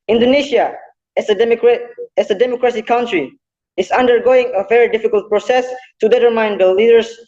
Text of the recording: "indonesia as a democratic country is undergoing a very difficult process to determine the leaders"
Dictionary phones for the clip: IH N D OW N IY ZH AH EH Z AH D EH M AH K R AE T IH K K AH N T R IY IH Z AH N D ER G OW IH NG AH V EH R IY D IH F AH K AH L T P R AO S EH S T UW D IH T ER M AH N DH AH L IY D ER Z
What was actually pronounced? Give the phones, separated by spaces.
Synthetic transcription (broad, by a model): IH N D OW N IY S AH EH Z AH D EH M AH K R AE S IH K K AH N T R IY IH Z AH N D ER G OW IH NG AH V EH R IY D IH F AH K AH L T P R AO S EH S T UW D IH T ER M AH N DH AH L IY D ER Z